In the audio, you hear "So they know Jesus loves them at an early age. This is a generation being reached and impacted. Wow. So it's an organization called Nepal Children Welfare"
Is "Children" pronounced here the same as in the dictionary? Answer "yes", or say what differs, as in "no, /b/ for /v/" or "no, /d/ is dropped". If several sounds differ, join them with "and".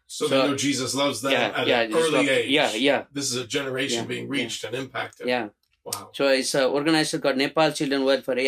yes